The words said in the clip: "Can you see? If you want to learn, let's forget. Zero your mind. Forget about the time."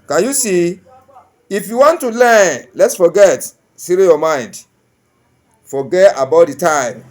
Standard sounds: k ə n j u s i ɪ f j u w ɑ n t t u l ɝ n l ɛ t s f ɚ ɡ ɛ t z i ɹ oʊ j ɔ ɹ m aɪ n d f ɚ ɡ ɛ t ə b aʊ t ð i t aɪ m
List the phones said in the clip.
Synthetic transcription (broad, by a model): k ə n j u s i ɪ f j u w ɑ n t t u l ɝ n l ɛ t s f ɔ ɡ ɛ t s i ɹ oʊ j ɔ m aɪ n d f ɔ ɡ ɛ t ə b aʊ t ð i t aɪ m